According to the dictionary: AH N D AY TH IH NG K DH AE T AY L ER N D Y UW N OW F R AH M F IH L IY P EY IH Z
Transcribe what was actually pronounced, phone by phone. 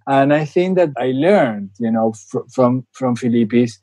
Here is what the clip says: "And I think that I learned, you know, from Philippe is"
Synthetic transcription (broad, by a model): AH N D AY TH IH NG K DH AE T AY L ER N D Y UW N OW F R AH M F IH L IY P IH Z